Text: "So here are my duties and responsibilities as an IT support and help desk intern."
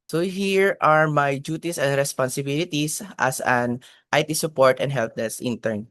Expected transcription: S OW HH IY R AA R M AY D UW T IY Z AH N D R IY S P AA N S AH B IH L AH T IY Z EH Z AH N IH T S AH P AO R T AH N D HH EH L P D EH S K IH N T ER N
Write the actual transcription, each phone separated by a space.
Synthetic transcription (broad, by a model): S OW HH IY R AA R M AY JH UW T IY S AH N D R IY S P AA N S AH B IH L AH T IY S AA S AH N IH T S AH P AO R T AH N D HH EH L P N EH S IH N T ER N